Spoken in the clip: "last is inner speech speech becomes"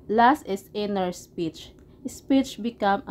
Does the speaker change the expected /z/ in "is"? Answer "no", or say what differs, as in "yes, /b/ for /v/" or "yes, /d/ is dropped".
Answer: yes, /s/ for /z/